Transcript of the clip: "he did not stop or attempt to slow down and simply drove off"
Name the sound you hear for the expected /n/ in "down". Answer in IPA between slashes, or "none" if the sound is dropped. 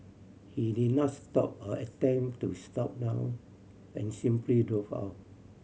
none